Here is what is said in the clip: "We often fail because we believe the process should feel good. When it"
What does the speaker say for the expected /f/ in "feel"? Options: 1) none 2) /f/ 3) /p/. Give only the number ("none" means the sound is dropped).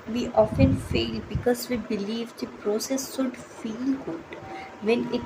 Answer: 2